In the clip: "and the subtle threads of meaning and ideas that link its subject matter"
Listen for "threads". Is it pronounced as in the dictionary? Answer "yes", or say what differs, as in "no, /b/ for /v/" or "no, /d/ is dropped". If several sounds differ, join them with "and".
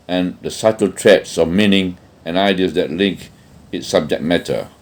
no, /t/ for /θ/